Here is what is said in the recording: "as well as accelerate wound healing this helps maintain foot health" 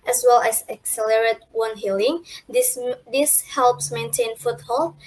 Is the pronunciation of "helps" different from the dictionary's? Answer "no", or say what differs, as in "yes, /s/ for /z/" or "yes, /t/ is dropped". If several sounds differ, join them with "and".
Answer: no